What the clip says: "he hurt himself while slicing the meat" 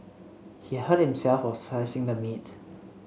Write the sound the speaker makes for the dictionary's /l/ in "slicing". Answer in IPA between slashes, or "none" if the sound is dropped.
none